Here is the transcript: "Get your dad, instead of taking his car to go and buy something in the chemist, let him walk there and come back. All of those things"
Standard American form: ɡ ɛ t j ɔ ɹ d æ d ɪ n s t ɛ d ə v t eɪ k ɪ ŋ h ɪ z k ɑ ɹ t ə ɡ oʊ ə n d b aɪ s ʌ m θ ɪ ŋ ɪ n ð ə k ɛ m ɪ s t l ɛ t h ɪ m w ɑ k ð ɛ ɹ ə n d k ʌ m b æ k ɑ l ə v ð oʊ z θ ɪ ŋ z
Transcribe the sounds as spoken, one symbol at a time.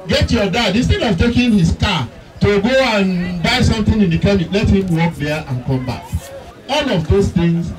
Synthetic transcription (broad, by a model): ɡ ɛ t j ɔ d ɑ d ɪ n s t ɛ d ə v t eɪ k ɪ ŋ h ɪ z k ɑ t ə ɡ oʊ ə n b aɪ s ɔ m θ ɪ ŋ ɪ n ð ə k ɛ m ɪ t l ɛ t h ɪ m w ɑ k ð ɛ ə n k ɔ m b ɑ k ɑ l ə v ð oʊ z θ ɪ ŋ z